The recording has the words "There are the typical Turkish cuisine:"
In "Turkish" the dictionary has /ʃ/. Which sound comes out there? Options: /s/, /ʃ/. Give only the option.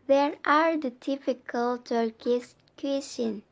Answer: /s/